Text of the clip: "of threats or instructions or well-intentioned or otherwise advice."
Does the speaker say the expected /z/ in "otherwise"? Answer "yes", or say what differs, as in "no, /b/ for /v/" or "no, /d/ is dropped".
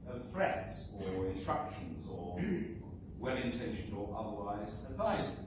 yes